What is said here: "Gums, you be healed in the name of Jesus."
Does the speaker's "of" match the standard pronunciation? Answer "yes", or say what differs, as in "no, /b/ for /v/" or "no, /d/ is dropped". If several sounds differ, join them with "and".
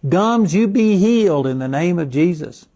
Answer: yes